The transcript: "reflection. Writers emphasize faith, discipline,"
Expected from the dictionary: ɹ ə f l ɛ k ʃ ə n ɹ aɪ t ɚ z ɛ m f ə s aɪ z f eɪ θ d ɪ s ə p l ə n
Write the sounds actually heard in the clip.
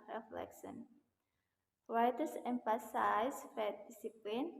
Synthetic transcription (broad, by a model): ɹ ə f l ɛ k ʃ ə n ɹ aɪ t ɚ s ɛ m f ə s aɪ s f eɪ t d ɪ s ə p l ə n